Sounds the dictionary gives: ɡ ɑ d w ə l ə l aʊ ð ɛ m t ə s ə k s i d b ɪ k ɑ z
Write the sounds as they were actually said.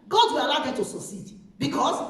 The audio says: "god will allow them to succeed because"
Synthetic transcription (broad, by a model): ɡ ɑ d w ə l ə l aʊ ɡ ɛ t ə s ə s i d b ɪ k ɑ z